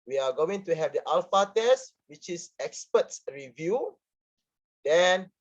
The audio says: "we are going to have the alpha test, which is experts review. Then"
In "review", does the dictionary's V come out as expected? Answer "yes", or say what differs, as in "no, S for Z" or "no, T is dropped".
yes